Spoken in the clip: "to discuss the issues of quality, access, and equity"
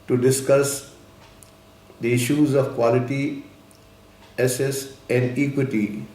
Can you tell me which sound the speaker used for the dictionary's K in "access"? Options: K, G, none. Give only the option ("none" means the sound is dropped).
none